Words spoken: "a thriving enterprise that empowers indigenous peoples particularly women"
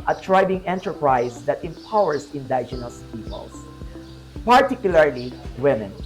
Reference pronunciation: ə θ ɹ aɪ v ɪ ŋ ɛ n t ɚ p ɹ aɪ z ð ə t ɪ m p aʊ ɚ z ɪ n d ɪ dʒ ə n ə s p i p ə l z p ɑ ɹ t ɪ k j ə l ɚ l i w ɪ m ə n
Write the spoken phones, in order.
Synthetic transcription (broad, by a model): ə t ɹ aɪ b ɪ ŋ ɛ n t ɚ p ɹ aɪ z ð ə t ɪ m p aʊ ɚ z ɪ n d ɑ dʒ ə n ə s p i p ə l s p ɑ ɹ t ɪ k j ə l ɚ l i w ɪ m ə n